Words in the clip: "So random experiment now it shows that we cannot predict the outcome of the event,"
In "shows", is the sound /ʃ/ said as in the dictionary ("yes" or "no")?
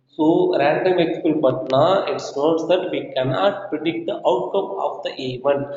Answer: no